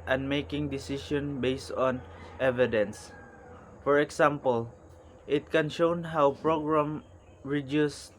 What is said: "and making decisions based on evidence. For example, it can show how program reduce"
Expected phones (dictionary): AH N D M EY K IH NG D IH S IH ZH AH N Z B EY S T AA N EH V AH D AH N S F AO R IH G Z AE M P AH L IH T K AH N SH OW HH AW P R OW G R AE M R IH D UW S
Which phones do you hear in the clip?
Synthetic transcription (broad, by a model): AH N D M EY K IH NG D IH S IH SH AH N B EY S T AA N EH V AH D AH N S F AO R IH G S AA M P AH L IH T K AH N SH OW HH AW P R OW G R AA M R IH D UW S